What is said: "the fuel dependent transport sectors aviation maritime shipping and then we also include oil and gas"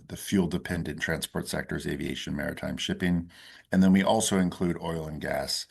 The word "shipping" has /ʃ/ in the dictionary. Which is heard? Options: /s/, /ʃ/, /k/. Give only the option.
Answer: /ʃ/